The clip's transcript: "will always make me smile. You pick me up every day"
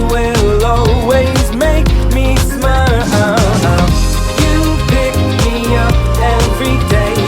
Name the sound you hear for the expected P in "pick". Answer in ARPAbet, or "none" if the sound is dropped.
B